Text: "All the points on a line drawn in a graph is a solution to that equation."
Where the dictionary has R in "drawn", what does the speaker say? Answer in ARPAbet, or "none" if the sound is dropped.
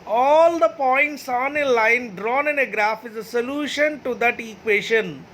R